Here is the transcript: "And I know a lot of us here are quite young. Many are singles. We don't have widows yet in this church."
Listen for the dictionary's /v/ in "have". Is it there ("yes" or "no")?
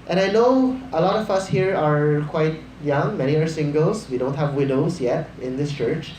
yes